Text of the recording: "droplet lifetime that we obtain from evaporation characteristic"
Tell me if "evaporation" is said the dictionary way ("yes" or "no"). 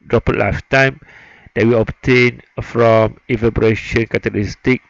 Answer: no